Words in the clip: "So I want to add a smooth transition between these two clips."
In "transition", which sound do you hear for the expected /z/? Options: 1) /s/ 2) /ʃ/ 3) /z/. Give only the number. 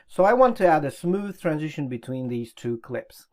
3